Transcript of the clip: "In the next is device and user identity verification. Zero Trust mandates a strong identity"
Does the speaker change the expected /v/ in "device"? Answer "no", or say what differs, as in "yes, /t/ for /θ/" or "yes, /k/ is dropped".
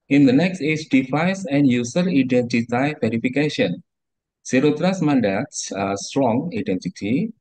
yes, /f/ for /v/